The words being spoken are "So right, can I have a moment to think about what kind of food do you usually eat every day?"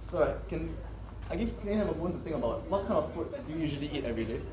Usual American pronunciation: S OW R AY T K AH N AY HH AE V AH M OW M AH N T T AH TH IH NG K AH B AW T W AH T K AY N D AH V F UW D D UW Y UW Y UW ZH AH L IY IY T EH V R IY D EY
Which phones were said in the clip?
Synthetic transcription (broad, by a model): S OW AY K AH N AY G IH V AH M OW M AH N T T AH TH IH NG AH B AW T W AH T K AY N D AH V F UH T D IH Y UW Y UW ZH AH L IY IY T EH V R IY D EY